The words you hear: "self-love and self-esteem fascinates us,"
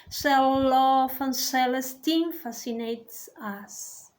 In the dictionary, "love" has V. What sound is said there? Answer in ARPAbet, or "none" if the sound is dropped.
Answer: F